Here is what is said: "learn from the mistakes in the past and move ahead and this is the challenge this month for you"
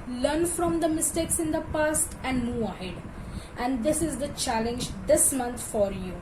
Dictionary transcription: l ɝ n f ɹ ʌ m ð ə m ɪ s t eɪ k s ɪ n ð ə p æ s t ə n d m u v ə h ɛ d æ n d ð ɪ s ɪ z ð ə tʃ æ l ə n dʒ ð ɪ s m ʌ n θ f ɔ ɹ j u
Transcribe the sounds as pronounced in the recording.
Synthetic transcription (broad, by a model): l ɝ n f ɹ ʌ m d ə m ɪ s t eɪ k s ɪ n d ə p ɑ s t ə n d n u ə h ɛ d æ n d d ɪ s ɪ z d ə tʃ æ l ə n dʒ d ɪ s m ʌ n t f ɔ ɹ j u